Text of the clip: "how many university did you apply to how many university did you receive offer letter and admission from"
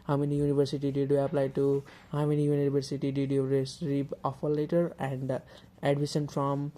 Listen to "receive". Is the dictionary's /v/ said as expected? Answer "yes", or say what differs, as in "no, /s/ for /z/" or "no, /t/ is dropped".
no, /p/ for /v/